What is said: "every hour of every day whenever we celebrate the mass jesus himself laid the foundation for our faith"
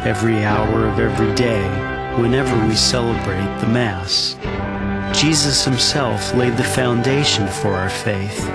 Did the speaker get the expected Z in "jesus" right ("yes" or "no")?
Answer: yes